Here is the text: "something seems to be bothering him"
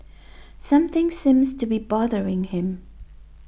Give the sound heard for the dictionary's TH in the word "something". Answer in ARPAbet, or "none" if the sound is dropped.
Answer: TH